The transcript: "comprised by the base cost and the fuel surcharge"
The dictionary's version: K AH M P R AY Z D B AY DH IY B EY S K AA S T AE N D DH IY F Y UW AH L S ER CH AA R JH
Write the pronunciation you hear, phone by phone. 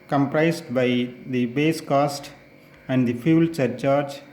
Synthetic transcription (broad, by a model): K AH M P R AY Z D B AY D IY B EY S K AA S T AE N D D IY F Y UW L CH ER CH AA R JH